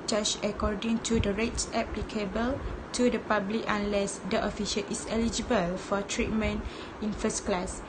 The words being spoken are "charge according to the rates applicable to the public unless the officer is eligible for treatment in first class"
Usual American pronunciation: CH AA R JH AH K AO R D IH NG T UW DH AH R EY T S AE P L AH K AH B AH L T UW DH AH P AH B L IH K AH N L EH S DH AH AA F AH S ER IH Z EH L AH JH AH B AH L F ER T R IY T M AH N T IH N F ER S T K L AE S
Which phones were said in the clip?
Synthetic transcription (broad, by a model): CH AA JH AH K AO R D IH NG T UW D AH R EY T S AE P L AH K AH B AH L T UW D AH P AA B L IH K AH N L EH S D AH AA F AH SH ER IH S EH L AH JH AH B AH L F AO T R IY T M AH N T IH N F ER S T K L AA S